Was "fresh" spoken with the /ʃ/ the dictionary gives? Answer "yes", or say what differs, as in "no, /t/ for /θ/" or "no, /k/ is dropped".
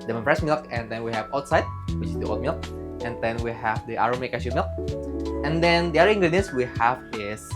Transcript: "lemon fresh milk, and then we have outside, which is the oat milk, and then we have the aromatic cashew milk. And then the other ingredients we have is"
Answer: no, /s/ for /ʃ/